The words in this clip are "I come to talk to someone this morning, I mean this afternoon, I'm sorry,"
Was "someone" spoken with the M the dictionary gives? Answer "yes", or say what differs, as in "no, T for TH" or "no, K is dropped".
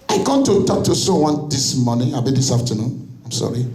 no, M is dropped